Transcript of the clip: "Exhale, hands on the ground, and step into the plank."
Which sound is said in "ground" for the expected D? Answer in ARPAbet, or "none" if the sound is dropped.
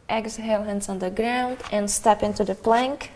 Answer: D